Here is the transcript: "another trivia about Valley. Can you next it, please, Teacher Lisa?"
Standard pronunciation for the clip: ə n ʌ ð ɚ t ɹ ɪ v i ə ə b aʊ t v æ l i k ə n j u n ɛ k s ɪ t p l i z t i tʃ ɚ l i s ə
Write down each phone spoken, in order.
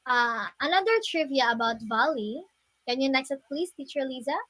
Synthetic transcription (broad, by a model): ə n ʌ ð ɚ t ɹ ɪ v i ə ə b aʊ t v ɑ l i k ə n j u n ɛ k s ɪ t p l i s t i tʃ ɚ l i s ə